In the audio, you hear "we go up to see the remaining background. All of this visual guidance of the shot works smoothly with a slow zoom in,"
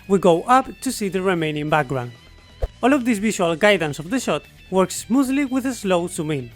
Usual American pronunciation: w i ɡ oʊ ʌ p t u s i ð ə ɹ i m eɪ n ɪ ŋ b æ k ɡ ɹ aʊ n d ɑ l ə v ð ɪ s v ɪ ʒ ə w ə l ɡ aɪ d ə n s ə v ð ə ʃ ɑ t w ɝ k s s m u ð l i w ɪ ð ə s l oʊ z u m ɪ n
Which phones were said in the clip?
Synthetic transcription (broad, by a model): w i ɡ oʊ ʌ p t u s i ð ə ɹ i m eɪ n ɪ ŋ b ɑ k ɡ ɹ aʊ n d ɑ l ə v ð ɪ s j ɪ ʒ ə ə l ɡ aɪ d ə n s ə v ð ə ʃ ɑ t w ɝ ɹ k s m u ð l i w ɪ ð ə s l oʊ s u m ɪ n